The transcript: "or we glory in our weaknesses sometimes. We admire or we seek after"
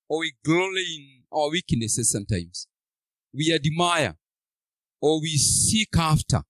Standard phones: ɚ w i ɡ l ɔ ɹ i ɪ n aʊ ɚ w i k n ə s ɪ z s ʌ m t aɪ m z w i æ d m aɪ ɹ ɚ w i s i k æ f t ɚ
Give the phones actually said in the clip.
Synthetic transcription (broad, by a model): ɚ w i ɡ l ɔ l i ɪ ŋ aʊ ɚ w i k n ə s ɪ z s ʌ m t aɪ m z w i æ d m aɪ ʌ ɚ w i s i k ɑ f t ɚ